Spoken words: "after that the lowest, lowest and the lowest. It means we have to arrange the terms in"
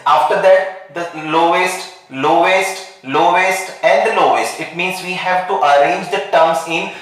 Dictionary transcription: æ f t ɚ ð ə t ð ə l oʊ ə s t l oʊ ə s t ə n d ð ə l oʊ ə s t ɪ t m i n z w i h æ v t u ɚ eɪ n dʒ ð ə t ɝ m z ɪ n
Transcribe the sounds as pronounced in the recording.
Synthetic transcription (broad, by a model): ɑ f t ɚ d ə t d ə l oʊ ə s t l oʊ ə s t ə n d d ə l oʊ ə s t ɪ t m i n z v i h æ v t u ɚ eɪ n dʒ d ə t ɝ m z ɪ n